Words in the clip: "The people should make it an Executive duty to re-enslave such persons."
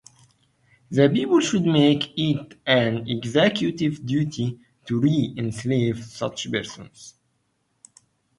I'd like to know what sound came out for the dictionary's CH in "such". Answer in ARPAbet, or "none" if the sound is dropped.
CH